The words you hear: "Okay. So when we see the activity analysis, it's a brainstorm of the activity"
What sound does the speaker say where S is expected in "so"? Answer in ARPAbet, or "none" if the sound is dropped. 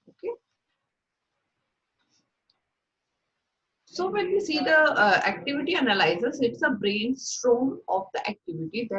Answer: S